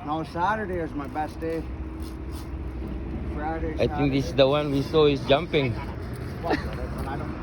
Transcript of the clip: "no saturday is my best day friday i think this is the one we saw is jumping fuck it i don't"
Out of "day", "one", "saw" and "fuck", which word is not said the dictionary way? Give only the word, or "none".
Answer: fuck